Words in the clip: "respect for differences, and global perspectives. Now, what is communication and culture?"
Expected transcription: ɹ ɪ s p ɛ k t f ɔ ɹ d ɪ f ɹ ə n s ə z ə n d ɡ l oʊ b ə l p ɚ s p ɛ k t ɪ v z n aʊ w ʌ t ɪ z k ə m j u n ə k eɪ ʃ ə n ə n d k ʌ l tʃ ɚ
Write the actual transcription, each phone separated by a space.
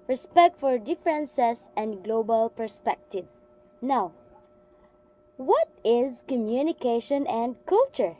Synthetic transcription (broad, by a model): ɹ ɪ s p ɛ k t f ɔ ɹ d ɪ f ɹ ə n s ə s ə n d ɡ l oʊ b ə l p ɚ s p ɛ k t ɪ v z n aʊ w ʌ t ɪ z k ə m j u n ə k eɪ ʃ ə n ə n d k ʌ l tʃ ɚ